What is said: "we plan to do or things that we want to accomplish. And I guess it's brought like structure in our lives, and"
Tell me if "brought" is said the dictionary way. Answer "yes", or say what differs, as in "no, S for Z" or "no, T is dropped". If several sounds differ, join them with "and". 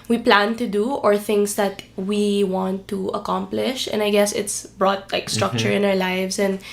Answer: yes